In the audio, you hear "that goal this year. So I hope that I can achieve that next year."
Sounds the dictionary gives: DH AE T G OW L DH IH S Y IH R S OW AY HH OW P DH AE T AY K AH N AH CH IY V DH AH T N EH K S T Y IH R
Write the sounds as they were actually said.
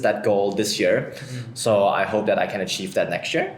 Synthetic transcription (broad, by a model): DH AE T G OW L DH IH S Y IH R S OW AY HH OW P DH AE T AY K AH N AH CH IY V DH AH T N EH K S T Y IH R